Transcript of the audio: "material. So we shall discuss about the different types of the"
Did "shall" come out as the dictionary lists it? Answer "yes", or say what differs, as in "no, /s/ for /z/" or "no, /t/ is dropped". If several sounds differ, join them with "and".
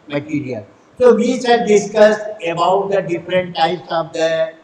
no, /s/ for /ʃ/